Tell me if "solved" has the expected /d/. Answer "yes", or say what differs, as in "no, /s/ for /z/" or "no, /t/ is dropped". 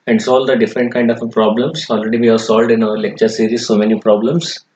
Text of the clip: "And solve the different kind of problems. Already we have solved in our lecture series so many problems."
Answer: yes